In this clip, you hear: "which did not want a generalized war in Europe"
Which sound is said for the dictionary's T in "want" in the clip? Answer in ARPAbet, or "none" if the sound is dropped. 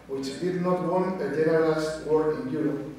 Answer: none